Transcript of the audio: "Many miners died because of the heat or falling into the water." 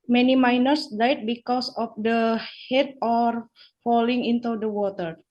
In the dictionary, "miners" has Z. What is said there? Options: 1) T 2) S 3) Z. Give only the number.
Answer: 2